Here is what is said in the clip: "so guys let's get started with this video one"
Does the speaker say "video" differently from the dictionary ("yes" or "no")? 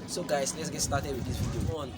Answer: yes